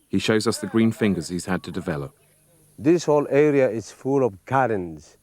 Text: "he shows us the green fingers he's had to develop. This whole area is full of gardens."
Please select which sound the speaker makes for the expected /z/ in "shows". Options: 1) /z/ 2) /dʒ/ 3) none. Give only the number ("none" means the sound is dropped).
1